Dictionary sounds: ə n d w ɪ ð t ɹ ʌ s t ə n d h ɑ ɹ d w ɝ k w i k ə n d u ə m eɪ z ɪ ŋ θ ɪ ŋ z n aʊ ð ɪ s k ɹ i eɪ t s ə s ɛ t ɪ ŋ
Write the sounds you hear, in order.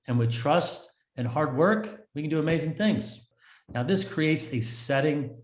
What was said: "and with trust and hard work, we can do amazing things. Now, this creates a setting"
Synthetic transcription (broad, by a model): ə n w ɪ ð t ɹ ʌ s t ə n h ɑ ɹ d w ɝ k w i k ə n d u ə m eɪ z ɪ ŋ θ ɪ ŋ z n aʊ ð ɪ s k ɹ i eɪ t s ə s ɛ t ɪ ŋ